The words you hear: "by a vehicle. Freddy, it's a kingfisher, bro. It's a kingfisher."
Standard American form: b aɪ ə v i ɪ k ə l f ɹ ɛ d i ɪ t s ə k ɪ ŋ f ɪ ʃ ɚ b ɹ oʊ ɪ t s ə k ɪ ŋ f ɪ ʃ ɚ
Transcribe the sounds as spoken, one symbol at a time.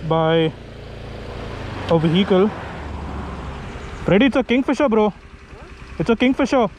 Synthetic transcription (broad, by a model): b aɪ ə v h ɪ k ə l p ɹ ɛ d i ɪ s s ə k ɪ ŋ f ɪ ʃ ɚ b ɹ oʊ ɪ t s ə k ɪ ŋ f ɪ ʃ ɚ